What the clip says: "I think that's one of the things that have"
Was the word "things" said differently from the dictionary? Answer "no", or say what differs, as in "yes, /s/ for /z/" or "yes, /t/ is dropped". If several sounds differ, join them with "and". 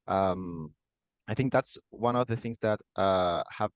no